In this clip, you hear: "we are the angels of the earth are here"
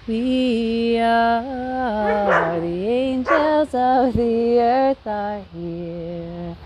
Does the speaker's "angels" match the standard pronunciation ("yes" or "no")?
yes